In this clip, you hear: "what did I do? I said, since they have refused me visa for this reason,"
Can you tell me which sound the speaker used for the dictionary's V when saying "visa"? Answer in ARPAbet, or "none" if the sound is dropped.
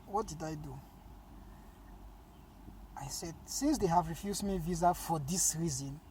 V